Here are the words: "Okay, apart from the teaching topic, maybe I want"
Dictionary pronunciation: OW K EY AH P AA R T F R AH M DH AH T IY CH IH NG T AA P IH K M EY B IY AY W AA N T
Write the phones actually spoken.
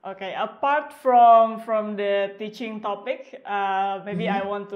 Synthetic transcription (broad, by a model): OW K EY AH P AA R T F R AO M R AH T IY CH IH NG T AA P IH K M EY B IY AY W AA N T